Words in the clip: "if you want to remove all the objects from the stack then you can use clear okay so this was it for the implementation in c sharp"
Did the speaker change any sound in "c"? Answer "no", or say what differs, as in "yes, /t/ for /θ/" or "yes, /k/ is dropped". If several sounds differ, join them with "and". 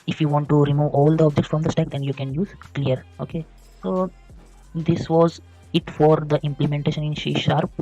yes, /ʃ/ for /s/